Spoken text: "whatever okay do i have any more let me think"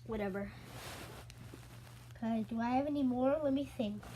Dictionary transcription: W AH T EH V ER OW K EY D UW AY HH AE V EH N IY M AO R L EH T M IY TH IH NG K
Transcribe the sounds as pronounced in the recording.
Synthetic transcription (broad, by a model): W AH T EH V ER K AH D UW AY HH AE V EH N IY M AO R W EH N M IY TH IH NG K